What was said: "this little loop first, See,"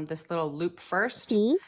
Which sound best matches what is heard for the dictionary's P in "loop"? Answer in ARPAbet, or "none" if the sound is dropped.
P